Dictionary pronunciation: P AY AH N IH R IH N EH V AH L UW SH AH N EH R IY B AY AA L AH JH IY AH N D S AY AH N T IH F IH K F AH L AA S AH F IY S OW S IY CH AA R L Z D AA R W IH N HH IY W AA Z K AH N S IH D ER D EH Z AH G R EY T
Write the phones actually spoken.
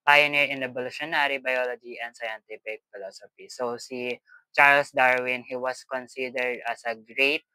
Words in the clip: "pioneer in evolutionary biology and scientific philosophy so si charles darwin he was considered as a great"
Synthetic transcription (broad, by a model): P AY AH N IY R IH N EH B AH L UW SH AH N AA R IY B AY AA L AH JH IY AH N D S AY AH N T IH P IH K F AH L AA S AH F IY S OW S IY CH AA R L S D AA R W IH N HH IY W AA S K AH N S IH D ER D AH S AH G R EY T